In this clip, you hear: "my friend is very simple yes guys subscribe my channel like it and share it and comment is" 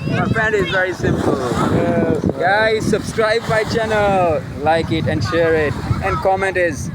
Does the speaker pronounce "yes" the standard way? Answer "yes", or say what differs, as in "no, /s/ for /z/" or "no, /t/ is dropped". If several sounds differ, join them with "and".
no, /s/ is dropped